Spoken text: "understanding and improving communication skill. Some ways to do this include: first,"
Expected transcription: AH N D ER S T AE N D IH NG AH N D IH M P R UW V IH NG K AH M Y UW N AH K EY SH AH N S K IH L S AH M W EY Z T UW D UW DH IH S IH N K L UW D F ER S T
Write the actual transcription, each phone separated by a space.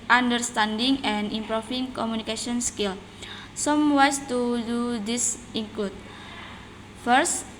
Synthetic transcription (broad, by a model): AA N D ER S T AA N D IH NG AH N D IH M P R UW F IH NG K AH M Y UW N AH K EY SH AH N S K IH L S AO M W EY S T UW D UW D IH S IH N K L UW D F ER S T